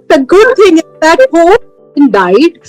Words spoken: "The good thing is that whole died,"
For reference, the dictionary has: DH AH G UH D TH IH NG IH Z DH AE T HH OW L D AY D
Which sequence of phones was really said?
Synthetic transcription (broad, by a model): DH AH G UH D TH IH NG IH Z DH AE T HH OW N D AY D